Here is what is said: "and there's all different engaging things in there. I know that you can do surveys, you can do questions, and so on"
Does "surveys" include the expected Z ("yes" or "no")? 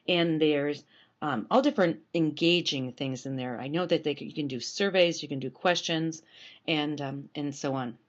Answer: yes